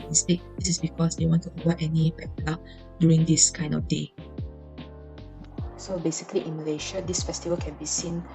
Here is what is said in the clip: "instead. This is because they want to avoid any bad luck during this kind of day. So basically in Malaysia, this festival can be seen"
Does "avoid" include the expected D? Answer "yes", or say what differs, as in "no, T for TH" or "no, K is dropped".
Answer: no, D is dropped